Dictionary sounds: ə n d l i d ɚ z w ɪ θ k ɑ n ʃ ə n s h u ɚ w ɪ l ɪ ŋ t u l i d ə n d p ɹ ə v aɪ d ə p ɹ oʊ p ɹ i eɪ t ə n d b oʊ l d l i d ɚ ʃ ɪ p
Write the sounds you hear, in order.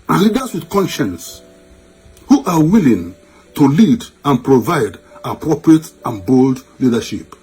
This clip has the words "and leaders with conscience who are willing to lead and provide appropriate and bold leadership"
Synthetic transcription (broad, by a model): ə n l i d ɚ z w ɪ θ k ɑ n ʃ ə n s h u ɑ w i l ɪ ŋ t u l i d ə n p ɹ ə v aɪ d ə p ɹ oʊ p ɹ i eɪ t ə n b oʊ l d l i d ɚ ʃ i p